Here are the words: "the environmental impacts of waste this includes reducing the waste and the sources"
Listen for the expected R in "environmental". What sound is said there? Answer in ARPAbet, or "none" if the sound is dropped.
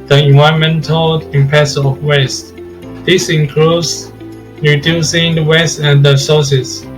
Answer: none